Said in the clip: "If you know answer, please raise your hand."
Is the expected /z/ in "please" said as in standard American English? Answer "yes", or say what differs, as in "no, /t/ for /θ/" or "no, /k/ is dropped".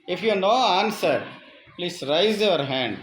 no, /s/ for /z/